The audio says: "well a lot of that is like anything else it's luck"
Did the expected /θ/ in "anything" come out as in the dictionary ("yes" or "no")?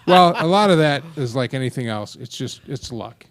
yes